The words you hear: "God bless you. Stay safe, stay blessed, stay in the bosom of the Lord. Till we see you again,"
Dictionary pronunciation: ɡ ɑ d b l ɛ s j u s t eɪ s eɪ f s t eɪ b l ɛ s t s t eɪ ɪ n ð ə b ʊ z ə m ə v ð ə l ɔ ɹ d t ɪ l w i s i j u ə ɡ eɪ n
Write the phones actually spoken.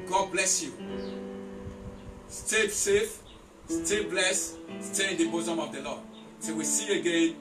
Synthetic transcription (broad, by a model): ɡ ɑ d b l ɛ s j u s t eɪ s eɪ f s t eɪ b l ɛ s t s t eɪ ɪ n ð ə b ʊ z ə m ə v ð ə l ɔ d s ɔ w i s i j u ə ɡ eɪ n